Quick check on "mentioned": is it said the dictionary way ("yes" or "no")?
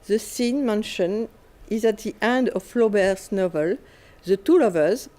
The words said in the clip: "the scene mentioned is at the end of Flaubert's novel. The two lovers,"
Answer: no